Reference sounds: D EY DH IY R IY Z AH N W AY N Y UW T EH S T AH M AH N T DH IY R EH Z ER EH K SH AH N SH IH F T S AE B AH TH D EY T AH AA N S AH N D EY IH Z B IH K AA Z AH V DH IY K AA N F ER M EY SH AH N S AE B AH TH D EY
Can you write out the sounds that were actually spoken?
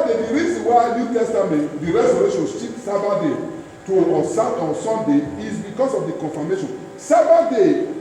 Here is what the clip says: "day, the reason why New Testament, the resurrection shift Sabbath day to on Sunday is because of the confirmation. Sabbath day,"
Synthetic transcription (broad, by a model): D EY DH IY R IY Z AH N W AY N Y UW T EH S T AH M AH N T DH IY R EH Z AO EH SH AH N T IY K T S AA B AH D EY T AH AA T S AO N D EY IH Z B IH K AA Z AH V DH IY K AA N F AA M EY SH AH N S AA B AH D EY